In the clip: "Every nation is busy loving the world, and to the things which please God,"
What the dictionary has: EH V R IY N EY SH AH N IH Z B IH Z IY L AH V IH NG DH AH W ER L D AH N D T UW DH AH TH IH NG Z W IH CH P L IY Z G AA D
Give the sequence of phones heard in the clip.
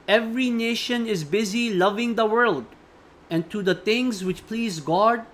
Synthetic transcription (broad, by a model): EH V R IY N EY SH AH N IH Z B IH Z IY L AH V IH NG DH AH W ER L D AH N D T UW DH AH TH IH NG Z W IH CH P L IY Z G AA D